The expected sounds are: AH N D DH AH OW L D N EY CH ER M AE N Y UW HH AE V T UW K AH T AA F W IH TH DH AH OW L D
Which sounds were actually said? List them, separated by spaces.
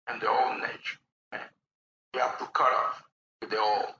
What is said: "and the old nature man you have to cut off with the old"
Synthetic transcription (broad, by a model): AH N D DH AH OW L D N EY CH ER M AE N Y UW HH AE F T UW K AH T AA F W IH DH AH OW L